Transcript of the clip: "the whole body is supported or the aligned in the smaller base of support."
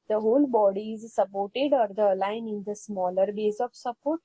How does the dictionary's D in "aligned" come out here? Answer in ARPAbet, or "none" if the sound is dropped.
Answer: none